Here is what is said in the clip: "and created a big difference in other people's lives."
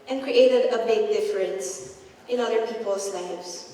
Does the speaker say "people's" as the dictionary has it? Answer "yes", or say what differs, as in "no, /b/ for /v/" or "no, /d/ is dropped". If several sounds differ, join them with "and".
no, /s/ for /z/